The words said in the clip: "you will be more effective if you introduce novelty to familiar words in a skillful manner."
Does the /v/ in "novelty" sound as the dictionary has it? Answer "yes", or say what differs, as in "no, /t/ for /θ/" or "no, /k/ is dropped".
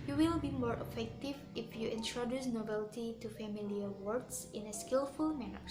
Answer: no, /b/ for /v/